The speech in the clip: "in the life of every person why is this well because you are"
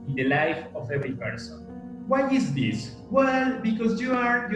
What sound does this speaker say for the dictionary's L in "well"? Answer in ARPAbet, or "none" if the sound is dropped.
L